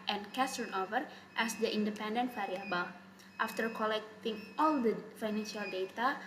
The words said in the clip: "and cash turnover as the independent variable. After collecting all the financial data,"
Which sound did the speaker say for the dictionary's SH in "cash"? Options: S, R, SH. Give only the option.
S